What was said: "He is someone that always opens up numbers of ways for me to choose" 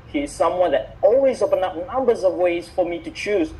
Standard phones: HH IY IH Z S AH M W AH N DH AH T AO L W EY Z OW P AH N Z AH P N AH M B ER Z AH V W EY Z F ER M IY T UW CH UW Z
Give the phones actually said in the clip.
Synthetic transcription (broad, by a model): HH IY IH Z S AH M W AH N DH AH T AO L W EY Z OW P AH N AH P N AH M B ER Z AH V W EY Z F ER M IY T UW CH UW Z